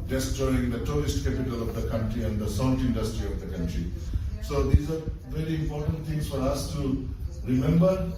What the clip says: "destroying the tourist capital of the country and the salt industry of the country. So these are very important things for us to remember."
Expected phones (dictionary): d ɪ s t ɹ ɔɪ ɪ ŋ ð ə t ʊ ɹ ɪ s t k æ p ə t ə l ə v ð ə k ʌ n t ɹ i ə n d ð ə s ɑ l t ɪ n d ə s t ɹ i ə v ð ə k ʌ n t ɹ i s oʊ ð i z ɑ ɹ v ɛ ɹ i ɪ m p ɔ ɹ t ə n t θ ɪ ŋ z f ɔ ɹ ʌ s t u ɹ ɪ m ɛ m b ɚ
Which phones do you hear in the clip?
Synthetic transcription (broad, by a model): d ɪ s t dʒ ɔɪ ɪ ŋ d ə t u ɹ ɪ s t k æ p ə t ə l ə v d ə k ʌ n t ɹ i ə n d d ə s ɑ n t ɪ n d ə s t ɹ i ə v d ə k ʌ n t ɹ i s oʊ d i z ɑ ɹ v ɛ ɹ i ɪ m p ɔ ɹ t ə n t t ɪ ŋ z f ɔ ɹ ʌ s t u ɹ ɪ m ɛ m b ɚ